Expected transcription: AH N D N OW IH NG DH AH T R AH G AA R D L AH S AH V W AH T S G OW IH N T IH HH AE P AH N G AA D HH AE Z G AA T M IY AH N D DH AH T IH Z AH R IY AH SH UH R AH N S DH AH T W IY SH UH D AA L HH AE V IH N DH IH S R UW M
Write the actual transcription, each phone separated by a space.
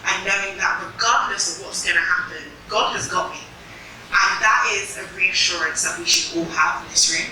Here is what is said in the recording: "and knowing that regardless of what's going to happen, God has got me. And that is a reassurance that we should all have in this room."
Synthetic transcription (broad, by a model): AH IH N OW IH NG DH AH T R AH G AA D N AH S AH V W AH T S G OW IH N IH HH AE P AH N G AA D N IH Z G AA T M IY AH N DH AH T IH Z AH R IY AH SH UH R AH N S DH AH T W IY SH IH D AA L HH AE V IH N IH S R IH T